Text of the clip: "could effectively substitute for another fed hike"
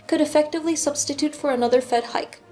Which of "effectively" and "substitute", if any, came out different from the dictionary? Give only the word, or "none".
none